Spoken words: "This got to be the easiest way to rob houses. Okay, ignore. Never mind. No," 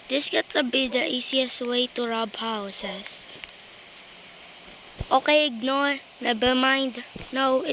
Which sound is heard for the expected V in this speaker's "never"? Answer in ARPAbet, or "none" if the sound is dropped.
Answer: B